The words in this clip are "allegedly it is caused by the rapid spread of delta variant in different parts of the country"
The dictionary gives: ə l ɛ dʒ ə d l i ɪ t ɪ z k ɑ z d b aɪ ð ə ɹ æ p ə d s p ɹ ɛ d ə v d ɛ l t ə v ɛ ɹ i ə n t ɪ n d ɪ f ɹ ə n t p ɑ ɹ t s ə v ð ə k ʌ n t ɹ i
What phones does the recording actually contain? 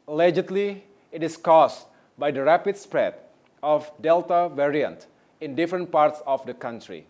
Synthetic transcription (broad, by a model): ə l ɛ dʒ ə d l i ɪ t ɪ s k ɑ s b aɪ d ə ɹ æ p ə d s p ɹ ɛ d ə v d ɛ l t ə v ɛ ɹ i ə n t ɪ n d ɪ f ɹ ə n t p ɑ ɹ t s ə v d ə k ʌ n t ɹ i